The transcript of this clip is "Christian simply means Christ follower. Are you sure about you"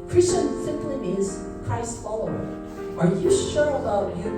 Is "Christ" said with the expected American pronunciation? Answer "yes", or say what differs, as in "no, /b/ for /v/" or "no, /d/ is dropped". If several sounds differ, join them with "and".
no, /ɹ/ is dropped